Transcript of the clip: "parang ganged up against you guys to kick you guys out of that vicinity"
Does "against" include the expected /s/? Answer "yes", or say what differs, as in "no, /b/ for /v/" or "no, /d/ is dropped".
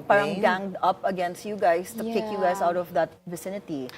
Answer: yes